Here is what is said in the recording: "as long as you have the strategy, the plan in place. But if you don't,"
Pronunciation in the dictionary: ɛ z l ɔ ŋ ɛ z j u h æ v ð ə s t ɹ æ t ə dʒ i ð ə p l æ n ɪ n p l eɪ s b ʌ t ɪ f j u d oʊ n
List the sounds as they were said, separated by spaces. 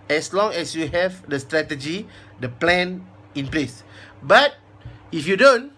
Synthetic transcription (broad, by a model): ɛ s l ɔ ŋ ɛ s j u h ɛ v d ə s t ɹ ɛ t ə dʒ i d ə p l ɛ n ɪ n p l eɪ s b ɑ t ɪ f j u d oʊ n